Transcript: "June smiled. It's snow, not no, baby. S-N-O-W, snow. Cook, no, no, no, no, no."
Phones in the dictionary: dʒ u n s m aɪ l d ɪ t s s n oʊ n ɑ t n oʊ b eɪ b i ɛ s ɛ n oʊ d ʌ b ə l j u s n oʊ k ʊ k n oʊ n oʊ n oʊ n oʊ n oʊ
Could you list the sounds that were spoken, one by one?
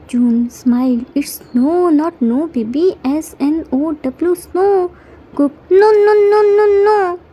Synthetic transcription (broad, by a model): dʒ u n s m aɪ l ɪ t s s n oʊ n ɑ t n oʊ b eɪ b i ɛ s ɛ n oʊ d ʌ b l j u s n oʊ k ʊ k n oʊ n oʊ n oʊ n oʊ n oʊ